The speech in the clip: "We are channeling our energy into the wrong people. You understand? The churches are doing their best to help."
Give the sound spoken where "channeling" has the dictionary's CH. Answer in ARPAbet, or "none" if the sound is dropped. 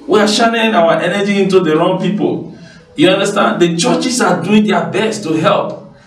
SH